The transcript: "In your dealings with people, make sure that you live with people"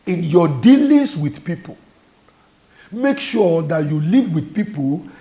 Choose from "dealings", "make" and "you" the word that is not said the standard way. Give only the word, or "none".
dealings